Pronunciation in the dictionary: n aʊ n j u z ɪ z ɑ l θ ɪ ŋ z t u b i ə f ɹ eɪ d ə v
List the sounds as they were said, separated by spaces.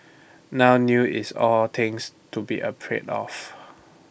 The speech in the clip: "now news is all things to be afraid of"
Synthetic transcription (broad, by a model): n aʊ n j u ɪ s ɑ l t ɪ ŋ s t u b i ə p ɹ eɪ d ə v